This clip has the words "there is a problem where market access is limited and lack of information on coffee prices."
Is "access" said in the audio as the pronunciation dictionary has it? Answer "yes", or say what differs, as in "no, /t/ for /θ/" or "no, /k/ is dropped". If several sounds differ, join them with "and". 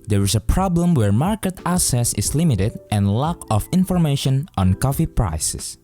no, /k/ is dropped